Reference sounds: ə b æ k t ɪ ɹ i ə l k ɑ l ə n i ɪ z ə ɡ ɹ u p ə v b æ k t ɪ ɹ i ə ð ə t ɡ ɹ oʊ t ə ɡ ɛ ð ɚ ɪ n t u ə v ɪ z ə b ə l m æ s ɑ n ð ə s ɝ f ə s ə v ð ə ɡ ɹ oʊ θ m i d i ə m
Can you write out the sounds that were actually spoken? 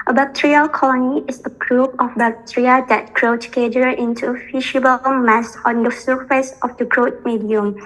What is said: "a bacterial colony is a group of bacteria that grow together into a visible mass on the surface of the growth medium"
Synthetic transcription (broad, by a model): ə b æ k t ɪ ɹ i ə k ɑ l ə n i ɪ s ə ɡ ɹ u p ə f b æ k t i ɹ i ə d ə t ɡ ɹ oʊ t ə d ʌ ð ɪ n t u ə f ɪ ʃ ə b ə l m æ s ɑ n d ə s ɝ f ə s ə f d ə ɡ ɹ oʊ t m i d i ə m